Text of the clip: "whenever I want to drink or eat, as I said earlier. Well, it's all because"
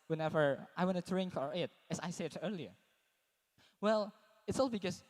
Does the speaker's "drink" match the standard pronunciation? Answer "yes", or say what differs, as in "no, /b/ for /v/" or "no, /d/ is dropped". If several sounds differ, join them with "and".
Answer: yes